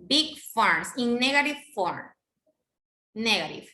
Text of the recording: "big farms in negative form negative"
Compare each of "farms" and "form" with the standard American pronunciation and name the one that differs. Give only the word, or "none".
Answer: farms